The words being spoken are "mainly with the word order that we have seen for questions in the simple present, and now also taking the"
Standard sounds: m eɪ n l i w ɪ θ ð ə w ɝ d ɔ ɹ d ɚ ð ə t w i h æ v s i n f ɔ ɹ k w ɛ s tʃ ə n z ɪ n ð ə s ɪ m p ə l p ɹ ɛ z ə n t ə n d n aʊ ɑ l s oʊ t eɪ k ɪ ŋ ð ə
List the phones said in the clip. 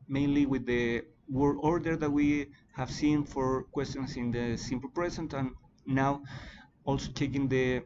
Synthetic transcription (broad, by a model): m eɪ n l i w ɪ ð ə w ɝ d ɔ ɹ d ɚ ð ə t w i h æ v s i n f ɔ ɹ k w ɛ s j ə n s ɪ n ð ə s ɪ m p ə l p ɹ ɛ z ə n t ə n n aʊ ɑ l s oʊ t eɪ k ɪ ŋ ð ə